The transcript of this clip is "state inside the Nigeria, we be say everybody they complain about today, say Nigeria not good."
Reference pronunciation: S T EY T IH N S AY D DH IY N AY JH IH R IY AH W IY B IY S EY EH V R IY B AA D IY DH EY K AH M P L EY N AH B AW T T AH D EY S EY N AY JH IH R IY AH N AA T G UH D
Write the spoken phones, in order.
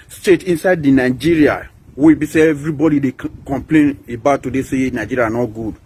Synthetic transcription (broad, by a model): S T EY T IH N S AY D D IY N AY JH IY R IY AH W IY B IY S EY EH V R IY B AA D IY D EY K AH M P L EY N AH B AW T T AH D EY S EY N AY JH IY R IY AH N AA T G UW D